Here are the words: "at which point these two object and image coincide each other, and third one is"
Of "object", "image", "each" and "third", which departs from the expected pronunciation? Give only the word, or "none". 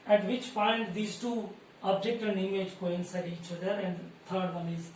third